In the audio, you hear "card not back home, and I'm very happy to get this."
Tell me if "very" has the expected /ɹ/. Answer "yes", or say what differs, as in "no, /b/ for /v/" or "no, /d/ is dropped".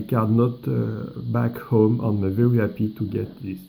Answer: no, /w/ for /ɹ/